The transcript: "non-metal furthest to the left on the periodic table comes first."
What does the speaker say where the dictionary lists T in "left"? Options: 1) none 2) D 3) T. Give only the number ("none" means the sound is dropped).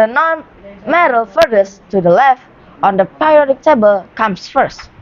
3